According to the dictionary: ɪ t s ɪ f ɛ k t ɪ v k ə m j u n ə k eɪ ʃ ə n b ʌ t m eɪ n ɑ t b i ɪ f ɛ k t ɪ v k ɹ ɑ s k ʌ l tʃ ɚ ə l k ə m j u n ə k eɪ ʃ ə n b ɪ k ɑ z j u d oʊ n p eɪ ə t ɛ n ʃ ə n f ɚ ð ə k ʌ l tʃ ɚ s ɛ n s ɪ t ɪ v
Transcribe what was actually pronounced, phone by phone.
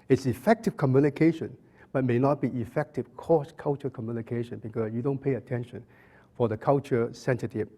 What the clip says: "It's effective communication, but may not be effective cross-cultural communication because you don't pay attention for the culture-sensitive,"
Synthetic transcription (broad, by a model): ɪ t s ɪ f ɛ k t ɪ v k ə m j u n ə k eɪ ʃ ə n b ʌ t m eɪ n ɑ t b i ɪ f ɛ k t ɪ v k ɑ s k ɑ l tʃ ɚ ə k ə m j u n ə k eɪ ʃ ə n b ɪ k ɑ s j u d oʊ n p eɪ ə t ɛ n ʃ ə n f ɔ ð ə k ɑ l tʃ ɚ s ɛ n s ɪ t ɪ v